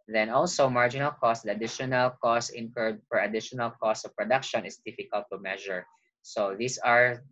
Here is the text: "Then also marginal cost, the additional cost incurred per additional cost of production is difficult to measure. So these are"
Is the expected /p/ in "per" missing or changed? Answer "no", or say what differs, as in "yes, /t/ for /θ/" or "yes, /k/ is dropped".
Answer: yes, /f/ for /p/